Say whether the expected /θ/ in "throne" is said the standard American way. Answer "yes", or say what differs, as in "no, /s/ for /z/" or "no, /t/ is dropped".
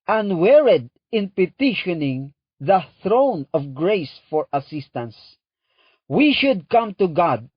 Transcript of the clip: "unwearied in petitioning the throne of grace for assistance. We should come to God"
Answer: yes